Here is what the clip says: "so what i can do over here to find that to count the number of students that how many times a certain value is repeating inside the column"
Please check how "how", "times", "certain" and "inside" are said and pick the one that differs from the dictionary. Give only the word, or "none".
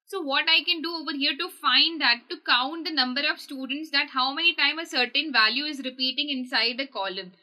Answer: times